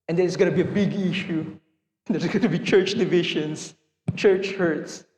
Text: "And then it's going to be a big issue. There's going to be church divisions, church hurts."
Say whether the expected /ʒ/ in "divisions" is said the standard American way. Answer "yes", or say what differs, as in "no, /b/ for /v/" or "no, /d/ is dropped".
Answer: no, /ʃ/ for /ʒ/